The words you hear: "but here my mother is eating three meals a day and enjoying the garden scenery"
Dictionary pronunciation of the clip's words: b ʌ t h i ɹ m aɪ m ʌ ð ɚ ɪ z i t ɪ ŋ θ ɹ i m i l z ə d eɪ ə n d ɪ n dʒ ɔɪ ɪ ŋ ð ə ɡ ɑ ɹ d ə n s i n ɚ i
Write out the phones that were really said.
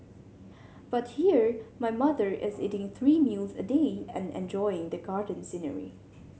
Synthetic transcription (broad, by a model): b ʌ t h i ɹ m aɪ m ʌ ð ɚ ɪ z i t ɪ ŋ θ ɹ i m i l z ə d eɪ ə n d ɪ n dʒ ɔɪ ɪ ŋ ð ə ɡ ɑ ɹ d ə n s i n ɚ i